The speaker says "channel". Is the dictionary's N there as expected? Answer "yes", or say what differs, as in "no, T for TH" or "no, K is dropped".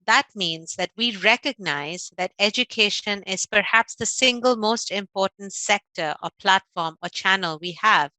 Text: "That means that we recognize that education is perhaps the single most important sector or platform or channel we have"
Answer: yes